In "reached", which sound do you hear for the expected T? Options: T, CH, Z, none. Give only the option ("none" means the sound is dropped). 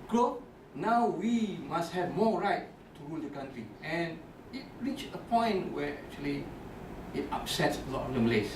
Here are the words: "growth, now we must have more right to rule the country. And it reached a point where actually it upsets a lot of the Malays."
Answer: none